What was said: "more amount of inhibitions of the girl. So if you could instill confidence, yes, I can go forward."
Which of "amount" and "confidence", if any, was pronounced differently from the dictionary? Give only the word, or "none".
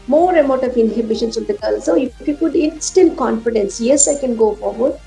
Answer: amount